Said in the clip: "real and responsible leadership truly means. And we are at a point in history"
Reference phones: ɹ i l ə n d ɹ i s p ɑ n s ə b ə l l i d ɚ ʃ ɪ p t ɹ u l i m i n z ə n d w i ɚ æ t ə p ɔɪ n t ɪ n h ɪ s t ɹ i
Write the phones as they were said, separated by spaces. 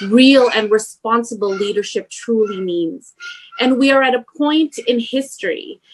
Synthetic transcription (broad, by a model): ɹ i l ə n ɹ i s p ɑ n s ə b l l i d ɚ ʃ ɪ p t ɹ u l i m i n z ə n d w i ɚ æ t ə p ɔɪ n t ɪ n h ɪ s t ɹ i